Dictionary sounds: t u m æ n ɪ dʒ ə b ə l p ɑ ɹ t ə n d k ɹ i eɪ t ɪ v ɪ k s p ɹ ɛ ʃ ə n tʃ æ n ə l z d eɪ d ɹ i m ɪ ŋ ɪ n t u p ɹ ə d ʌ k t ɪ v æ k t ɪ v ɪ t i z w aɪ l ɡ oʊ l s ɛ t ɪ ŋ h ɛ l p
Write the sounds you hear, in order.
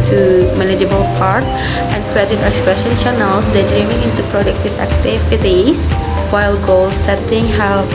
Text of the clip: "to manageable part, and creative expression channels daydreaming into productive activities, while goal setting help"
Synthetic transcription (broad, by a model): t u m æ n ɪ dʒ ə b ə l p ɑ ɹ t ə n d k ɹ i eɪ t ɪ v ɪ k s p ɹ ɛ ʃ ə n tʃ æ n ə l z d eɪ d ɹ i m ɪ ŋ ɪ n t u p ɹ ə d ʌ k t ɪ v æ k t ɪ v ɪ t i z w aɪ l ɡ oʊ l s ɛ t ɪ ŋ h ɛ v